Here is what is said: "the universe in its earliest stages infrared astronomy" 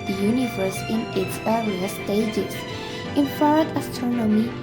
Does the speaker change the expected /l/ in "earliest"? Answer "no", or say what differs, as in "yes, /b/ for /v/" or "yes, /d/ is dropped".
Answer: yes, /l/ is dropped